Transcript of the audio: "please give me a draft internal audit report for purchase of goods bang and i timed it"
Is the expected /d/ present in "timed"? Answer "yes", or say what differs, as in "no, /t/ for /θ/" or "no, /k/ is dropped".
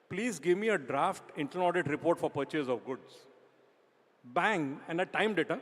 yes